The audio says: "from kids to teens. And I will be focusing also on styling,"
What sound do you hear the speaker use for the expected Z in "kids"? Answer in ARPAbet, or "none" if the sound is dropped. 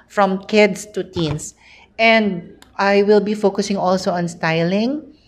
S